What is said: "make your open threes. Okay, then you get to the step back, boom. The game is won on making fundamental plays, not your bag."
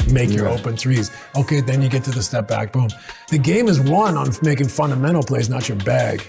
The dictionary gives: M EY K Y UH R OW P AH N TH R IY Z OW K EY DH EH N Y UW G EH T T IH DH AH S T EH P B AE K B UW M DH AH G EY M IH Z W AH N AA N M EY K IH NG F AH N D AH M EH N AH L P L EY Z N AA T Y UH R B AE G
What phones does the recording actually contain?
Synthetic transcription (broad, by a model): M EY K Y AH R OW P AH N TH R IY Z OW K EY DH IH N Y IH G EH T T IH DH AH S T EH P B AE K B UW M DH AH G EY M IH Z W AH N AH N M EY K IH NG F AH N D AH M EH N L P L EY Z N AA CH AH R B AE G